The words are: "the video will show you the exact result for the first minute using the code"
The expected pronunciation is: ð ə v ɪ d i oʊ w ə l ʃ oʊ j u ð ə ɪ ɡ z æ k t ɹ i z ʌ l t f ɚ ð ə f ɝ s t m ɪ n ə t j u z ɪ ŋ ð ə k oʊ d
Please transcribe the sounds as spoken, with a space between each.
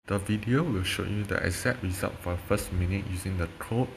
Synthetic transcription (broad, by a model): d ə v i d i oʊ w ə l ʃ oʊ j u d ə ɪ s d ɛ t ɹ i z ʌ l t f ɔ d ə f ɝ s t m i n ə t j u z ɪ ŋ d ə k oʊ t